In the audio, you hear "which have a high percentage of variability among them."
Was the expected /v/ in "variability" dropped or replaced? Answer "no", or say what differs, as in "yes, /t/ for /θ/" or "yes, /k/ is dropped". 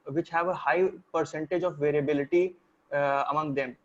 no